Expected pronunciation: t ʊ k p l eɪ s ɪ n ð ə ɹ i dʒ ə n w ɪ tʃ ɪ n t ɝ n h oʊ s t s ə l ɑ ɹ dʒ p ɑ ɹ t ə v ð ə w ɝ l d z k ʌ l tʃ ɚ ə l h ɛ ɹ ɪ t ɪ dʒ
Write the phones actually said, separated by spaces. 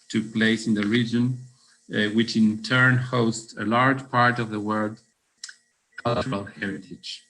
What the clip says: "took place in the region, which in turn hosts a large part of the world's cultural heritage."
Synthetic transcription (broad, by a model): t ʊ k p l eɪ s ɪ n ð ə ɹ i dʒ ə n w ɪ tʃ ɪ n t ɝ n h oʊ s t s ə l ɑ ɹ dʒ p ɑ ɹ t ə v ð ə w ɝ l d k ʌ l tʃ ɚ ə l h ɛ ɹ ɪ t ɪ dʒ